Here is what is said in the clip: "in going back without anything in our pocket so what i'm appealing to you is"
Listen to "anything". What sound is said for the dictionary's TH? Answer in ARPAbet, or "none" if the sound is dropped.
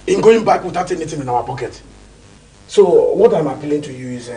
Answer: T